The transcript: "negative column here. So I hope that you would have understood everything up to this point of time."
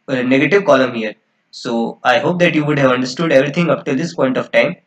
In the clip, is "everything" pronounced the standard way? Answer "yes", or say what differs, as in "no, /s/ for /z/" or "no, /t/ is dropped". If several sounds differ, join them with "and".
no, /t/ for /θ/